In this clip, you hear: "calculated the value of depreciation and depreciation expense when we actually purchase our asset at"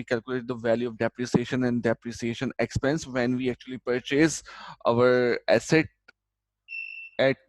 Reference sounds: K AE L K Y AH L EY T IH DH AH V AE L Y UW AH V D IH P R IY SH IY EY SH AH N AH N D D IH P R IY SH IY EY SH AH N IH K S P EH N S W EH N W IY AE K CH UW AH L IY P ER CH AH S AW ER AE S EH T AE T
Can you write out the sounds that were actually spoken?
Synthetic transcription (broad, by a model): K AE L K Y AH L EY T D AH V AE L Y UW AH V D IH P R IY S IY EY SH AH N AH N D D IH P R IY S IY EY SH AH N IH K S P EH N S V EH N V IY AE K CH UW AH L IY P ER CH AH S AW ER AE S EH T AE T